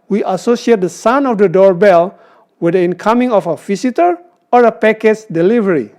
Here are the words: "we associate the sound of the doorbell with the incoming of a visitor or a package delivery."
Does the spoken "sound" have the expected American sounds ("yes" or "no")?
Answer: no